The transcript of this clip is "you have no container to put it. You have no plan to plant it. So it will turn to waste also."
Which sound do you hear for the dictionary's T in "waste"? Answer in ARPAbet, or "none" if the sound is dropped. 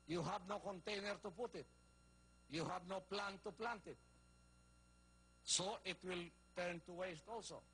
T